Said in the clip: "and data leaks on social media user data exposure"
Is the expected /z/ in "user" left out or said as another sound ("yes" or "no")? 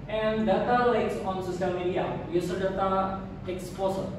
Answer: yes